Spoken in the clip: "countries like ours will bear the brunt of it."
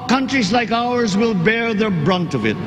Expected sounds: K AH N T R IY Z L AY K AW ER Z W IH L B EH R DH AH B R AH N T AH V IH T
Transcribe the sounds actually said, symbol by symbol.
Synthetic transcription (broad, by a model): K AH N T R IY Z L AY K AW ER Z W IH L B EH R DH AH B R AH N T AH V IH T